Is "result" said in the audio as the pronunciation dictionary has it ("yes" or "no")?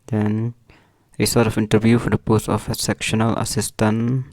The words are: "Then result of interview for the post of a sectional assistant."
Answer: no